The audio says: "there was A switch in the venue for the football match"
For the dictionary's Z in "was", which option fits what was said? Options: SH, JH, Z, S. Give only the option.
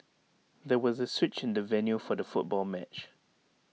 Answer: Z